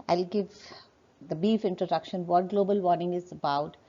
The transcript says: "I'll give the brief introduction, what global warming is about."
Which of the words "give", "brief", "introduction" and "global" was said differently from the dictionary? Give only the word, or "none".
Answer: brief